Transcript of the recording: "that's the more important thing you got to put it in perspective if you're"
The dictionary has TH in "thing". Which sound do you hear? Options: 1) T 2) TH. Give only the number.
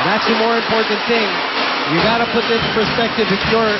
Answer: 2